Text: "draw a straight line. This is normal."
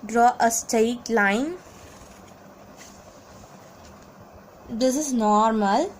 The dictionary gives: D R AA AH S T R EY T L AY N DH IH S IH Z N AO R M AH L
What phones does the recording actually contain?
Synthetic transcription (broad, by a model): D R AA AH S T EY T L AY N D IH S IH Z N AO R M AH L